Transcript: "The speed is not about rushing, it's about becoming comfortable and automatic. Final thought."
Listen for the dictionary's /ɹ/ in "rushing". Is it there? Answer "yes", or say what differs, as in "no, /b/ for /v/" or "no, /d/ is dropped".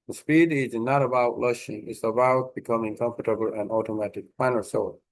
no, /l/ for /ɹ/